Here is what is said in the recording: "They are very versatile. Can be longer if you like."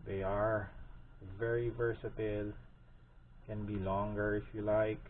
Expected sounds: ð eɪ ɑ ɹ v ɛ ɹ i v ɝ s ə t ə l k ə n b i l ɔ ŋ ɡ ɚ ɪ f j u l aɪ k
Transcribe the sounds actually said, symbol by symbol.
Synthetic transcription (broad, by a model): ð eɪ ɑ ɹ v ɛ ɹ i v ɝ s ə t ə l k ə n b i l ɔ ŋ ɡ ɚ ɪ f j u l aɪ k